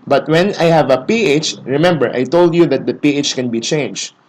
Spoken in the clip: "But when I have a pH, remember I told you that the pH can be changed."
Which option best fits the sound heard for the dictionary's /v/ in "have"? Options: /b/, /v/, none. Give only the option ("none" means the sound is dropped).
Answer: /v/